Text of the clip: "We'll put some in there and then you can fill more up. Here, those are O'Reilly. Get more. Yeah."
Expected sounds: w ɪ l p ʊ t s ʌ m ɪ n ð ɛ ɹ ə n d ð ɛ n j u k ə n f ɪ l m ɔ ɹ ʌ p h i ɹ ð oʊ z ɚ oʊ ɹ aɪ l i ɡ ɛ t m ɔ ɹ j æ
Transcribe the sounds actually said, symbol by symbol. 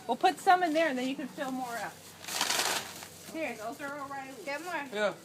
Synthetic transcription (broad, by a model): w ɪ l p ʊ t s ʌ m ɪ n ð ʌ ɹ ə n ð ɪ n j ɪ k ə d f ɪ l m ɔ ɹ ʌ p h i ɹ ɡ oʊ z ɚ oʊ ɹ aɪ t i ɡ ɛ t m ɔ ɹ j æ